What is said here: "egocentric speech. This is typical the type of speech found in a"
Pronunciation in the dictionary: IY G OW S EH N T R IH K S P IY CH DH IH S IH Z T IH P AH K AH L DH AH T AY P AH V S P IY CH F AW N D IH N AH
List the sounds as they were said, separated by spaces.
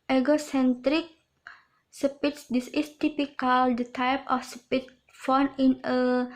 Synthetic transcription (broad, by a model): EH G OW S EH N T R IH K S P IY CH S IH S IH S T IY P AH K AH L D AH T AY P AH F S P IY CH F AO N IH N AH